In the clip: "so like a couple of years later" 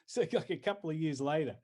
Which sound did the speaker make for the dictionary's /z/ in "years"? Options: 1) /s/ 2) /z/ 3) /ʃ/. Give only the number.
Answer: 2